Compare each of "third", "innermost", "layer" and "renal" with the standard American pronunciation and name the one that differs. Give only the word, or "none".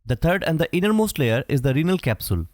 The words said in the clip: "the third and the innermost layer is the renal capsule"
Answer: third